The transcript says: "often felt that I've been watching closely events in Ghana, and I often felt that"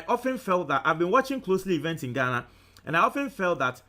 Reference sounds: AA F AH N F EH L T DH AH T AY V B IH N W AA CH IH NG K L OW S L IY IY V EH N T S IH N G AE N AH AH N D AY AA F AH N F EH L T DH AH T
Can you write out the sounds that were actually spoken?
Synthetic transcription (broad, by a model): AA F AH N F EH L T DH AH T AY V B IH N W AA CH IH NG K L OW S L IY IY V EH N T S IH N G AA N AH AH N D AY AA F AH N F EH L T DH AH T